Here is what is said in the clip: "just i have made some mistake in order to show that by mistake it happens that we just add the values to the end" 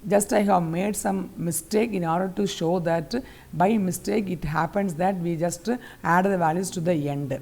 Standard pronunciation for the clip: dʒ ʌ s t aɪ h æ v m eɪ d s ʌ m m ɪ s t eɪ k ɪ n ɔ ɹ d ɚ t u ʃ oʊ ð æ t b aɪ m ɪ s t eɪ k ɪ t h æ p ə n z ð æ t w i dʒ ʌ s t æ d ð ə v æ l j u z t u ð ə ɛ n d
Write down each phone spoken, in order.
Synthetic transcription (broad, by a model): dʒ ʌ s t aɪ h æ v m eɪ d s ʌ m m ɪ s t eɪ k ɪ n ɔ ɹ d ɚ t u ʃ oʊ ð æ t b aɪ m ɪ s t eɪ k ɪ t h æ p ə n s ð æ t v i dʒ ʌ s t æ d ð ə v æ l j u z t u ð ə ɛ n d